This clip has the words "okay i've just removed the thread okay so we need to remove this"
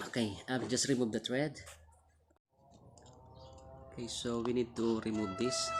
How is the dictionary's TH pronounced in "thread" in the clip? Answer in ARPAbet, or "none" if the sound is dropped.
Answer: T